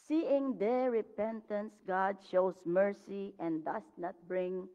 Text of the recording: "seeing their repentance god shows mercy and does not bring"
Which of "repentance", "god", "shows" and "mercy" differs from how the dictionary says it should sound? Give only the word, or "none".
shows